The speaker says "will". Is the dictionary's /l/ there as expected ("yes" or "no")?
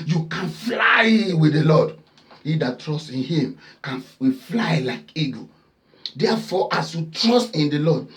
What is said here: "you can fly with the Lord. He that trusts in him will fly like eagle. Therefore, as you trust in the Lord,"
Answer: no